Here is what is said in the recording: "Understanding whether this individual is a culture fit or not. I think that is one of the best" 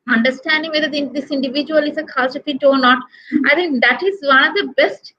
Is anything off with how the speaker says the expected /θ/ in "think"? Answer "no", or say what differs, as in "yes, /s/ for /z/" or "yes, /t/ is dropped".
yes, /t/ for /θ/